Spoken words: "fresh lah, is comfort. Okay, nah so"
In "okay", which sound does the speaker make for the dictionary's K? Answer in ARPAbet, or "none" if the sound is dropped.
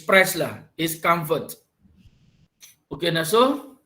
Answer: K